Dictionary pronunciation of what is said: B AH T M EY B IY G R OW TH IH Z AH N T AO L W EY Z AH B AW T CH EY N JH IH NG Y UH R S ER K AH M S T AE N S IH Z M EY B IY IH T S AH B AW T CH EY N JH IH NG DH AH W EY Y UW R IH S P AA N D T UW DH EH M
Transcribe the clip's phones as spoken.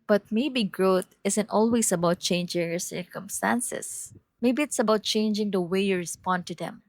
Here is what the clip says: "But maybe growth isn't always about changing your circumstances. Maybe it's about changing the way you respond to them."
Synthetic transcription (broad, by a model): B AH T M EY B IY G R OW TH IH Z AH N T AO L W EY S AH B AW T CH EY N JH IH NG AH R S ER K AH M S T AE N S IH S M EY B IY IH T S AH B AW T CH EY N JH IH NG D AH W EY Y UW R IH S P AA N D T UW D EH M